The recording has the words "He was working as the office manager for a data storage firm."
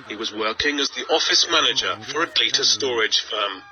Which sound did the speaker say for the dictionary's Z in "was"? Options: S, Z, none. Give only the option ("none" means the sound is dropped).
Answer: Z